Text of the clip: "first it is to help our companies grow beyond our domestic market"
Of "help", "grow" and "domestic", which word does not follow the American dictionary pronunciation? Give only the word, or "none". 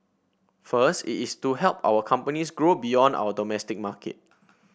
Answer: none